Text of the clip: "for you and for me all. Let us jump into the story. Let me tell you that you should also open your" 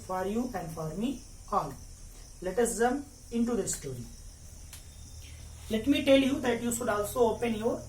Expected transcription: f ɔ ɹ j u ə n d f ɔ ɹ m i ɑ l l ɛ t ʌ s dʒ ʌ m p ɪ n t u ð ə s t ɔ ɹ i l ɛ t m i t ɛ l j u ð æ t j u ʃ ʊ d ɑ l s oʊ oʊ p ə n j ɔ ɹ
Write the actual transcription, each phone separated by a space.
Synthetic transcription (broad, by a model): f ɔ ɹ j u ə n d f ɔ ɹ m i ɑ l l ɛ t ʌ s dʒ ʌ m ɪ n t u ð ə s t ɔ ɹ i l ɛ t m i t ɛ l j u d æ t j u ʃ ʊ d ɑ l s oʊ oʊ p ə n j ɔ ɹ